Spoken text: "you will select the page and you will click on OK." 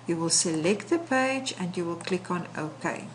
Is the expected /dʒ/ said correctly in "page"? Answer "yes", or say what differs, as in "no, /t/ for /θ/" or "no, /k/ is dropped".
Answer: yes